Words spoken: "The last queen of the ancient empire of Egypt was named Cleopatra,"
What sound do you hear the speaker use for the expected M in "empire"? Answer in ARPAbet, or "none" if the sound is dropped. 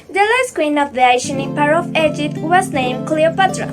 none